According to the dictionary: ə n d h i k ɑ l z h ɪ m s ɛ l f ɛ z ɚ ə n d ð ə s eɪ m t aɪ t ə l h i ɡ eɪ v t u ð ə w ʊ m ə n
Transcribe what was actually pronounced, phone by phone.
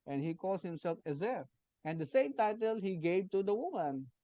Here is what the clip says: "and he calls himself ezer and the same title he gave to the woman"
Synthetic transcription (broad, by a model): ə n h i k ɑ l s h ɪ m s ɛ l f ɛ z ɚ ə n d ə s eɪ m t aɪ t ə l h i ɡ eɪ v t u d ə w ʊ m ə n